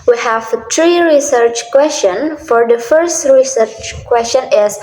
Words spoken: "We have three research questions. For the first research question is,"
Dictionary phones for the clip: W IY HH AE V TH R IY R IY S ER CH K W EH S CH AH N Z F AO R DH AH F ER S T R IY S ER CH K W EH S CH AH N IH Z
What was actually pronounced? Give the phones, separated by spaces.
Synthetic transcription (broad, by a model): W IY HH AE V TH R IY R IY S ER CH K W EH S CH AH N F AO R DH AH F ER S T R IY S ER CH K W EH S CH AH N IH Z